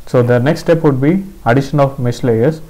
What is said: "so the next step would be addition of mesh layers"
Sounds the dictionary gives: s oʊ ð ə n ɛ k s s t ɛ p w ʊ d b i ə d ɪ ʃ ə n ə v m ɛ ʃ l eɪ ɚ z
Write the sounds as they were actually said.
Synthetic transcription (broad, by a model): s oʊ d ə n ɛ k s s t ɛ p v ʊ d b i ə d ɪ ʃ ə n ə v m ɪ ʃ l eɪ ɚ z